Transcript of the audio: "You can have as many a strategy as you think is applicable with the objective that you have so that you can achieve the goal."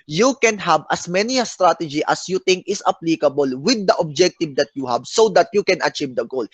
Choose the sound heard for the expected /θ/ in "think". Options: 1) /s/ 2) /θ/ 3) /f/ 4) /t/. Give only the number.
4